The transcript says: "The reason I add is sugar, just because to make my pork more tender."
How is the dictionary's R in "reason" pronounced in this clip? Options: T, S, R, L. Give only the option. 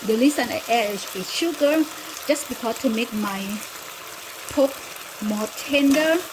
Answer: L